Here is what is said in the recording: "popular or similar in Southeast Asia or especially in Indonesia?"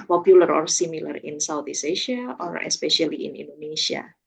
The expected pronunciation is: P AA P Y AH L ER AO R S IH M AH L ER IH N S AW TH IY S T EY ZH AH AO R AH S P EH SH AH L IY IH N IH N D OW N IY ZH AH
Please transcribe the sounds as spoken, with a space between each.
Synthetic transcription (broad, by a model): P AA P Y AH L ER AO R S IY M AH L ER IH N S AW T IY S EY SH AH AO R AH S P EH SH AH L IY IH N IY N D OW N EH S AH